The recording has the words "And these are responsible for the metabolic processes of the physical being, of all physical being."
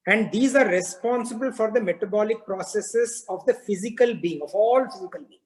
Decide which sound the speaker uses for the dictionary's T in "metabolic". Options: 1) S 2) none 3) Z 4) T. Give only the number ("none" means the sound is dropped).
4